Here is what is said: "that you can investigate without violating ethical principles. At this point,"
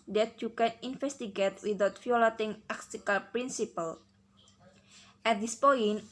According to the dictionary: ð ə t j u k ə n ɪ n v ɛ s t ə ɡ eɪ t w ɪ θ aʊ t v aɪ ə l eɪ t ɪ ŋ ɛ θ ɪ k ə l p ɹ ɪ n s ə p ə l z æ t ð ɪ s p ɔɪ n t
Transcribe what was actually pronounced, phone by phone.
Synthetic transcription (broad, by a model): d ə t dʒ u k ə n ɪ n f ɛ s t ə ɡ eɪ t w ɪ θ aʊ t f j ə l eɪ t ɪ ŋ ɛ s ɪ k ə l p ɹ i n s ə p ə l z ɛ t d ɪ s p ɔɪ n